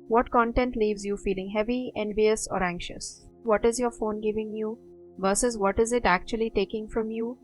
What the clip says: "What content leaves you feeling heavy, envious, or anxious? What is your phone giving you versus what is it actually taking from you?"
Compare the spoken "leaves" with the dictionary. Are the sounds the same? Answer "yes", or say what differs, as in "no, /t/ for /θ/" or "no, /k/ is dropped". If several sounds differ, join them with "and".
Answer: yes